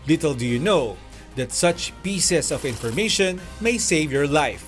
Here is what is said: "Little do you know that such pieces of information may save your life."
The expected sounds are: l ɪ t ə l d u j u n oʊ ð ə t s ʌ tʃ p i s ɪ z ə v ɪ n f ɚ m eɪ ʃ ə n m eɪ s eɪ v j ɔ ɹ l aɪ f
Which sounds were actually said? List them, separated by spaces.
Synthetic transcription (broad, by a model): l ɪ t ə l d u j u n oʊ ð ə t s ʌ tʃ p i s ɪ s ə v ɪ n f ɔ m eɪ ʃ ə n m eɪ s eɪ v j ɔ ɹ l aɪ f